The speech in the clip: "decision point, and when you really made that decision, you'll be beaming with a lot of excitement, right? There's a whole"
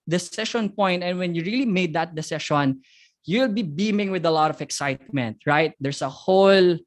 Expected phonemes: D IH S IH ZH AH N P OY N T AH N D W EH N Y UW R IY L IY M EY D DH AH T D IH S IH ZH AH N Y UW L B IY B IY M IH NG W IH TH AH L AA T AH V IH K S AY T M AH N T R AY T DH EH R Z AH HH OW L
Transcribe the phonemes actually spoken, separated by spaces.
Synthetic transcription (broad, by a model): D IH S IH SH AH N P OY N T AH N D W EH N Y UW R IY L IY M EY D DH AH T D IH S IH SH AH N Y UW L B IY B IY M IH NG W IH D AH L AA T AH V IH K S AY T M AH N T R AY T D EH R S AH HH OW L